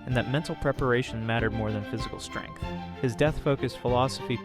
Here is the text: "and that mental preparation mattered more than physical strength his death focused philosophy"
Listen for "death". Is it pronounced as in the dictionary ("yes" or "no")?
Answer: yes